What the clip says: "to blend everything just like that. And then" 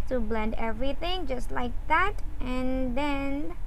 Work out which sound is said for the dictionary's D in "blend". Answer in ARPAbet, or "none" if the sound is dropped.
D